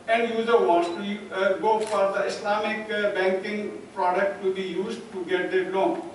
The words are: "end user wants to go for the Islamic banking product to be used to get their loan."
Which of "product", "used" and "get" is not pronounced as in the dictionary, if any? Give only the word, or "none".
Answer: none